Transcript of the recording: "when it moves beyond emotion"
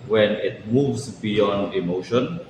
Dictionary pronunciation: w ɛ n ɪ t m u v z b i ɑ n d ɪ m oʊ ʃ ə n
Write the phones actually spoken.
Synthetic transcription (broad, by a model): w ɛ n ɪ t m u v s b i ɑ n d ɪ m oʊ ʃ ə n